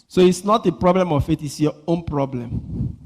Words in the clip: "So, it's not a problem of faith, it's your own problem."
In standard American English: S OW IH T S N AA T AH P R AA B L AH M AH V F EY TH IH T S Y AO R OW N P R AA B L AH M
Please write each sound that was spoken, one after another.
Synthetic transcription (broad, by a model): S OW IH T S N AA T AH P R AA B L AH M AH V F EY T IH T S Y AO OW N P R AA B L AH M